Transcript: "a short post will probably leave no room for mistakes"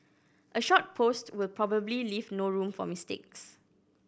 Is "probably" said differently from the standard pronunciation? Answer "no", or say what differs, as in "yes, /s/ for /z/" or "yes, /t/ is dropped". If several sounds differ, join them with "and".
no